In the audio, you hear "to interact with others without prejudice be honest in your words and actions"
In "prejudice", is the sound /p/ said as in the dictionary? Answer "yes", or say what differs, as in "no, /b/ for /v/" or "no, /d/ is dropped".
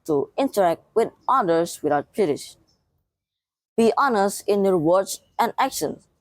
no, /b/ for /p/